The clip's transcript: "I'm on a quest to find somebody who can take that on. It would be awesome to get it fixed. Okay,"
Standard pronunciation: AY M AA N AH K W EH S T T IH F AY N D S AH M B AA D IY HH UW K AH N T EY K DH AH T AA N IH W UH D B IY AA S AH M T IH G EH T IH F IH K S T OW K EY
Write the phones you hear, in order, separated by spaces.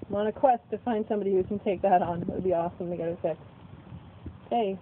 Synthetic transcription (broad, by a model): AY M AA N AH K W EH S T T IH F AY N D S AH M B AA D IY HH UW K AH N T EY K DH AH T N IH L B IY AA S AH M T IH G EH T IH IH S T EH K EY